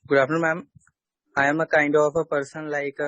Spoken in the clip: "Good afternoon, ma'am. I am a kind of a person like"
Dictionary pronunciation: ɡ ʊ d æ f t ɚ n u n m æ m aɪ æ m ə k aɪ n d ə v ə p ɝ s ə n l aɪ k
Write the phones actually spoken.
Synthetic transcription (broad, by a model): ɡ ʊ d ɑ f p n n m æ m aɪ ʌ m ə k aɪ n d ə p ə p ɝ s ə n l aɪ k